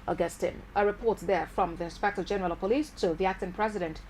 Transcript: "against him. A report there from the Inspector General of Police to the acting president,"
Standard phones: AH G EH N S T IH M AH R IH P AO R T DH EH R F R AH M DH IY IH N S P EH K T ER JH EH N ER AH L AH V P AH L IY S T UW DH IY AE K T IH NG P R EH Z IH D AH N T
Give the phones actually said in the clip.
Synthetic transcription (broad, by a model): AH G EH S T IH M AH R IH P AO R T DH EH R F R AH M DH IY IH N S P EH K T ER JH EH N ER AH L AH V P AH L IY S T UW DH IY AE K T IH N P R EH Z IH D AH N T